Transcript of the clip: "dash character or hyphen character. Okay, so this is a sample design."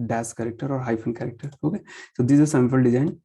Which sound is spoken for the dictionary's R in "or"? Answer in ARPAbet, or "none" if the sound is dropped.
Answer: R